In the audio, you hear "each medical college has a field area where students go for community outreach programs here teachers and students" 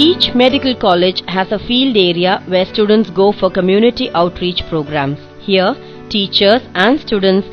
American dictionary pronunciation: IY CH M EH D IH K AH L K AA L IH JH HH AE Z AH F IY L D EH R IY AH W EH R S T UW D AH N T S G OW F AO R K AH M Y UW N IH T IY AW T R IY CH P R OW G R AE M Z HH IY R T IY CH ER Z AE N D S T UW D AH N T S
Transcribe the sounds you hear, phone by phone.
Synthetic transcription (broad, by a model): IY CH M EH D IH K AH L K AA L IH JH HH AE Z AH F IY L D EH R IY AH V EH R S T UW D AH N T S G OW F AO R K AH M Y UW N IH T IY AW T R IY CH P R OW G R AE M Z HH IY R T IY CH ER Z AE N D S T UW D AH N T S